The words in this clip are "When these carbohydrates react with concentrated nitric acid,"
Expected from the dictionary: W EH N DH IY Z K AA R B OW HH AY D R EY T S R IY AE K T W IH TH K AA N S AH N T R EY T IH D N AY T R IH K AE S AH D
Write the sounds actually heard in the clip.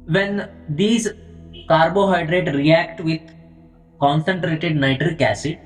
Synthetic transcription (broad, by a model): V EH N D IY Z K AA R B OW HH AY D R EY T R IY AE K T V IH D K AA N S AH N T R EY T IH D N AY T R IH K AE S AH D